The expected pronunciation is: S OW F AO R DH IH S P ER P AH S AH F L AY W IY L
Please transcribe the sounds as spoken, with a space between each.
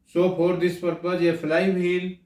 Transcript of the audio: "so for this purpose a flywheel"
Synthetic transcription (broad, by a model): S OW P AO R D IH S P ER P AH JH AH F L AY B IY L